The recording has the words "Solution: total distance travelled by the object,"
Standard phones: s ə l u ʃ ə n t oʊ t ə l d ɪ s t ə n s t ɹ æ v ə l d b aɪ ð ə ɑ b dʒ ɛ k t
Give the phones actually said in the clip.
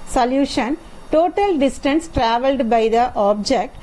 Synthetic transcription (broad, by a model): s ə l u ʃ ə n t oʊ t ə l d ɪ s t ə n s t ɹ æ v ə l d b aɪ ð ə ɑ b dʒ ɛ k t